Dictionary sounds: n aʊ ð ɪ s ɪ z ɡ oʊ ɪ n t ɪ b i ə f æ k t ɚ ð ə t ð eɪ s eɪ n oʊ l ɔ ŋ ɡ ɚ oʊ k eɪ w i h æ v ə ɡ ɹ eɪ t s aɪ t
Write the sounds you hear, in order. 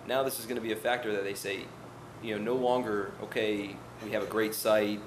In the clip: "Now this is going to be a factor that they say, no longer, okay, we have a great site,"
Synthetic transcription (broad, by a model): n aʊ ð ɪ s ɪ z ɡ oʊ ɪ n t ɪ b i ə f æ k t ɚ ð ə t ð eɪ s eɪ n oʊ l ɔ ŋ ɡ ɚ oʊ k eɪ w i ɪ v ə ɡ ɹ eɪ t s aɪ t